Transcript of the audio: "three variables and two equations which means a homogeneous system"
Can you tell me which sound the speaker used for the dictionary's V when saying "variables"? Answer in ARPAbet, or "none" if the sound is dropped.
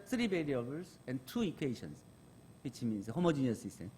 B